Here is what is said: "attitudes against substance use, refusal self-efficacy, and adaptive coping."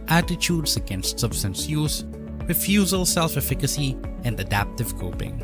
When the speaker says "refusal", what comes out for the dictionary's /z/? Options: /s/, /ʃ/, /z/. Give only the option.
/z/